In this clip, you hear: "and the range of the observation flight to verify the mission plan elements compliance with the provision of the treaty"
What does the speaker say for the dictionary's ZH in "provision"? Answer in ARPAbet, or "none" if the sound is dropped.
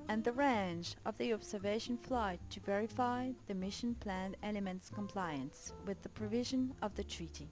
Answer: ZH